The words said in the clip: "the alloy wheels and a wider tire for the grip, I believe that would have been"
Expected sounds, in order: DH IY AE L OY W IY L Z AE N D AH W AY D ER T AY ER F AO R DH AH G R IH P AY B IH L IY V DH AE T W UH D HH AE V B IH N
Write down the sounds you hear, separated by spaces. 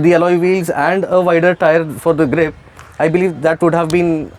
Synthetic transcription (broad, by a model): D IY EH L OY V IY L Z AE N D AH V AY D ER T AY ER F AO R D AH G R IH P AY B IH L IY V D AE T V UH D HH AE V B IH N